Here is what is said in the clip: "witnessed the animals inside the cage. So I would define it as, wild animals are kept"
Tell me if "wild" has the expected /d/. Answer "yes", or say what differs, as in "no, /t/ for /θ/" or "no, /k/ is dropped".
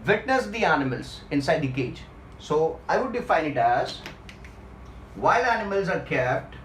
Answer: no, /d/ is dropped